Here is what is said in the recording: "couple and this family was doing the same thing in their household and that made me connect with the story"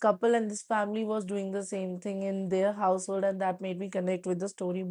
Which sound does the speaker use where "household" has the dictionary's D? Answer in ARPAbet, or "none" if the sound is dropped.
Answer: D